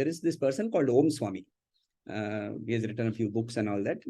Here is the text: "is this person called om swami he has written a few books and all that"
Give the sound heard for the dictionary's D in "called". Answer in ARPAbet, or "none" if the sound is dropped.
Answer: D